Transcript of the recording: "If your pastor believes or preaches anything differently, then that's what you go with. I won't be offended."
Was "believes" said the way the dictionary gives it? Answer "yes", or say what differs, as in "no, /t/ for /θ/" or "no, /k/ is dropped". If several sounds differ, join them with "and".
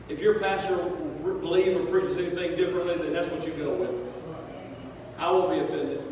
no, /z/ is dropped